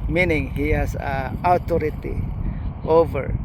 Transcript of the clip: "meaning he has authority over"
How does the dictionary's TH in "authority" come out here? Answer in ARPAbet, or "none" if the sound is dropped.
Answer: T